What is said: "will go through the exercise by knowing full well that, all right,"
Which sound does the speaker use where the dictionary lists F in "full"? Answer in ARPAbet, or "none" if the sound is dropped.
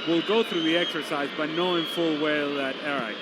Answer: F